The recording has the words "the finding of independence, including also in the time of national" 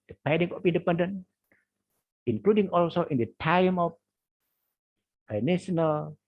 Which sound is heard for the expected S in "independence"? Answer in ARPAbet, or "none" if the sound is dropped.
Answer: none